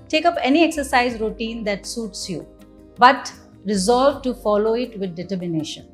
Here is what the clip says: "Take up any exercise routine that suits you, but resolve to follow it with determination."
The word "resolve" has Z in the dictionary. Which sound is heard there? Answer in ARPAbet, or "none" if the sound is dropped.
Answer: Z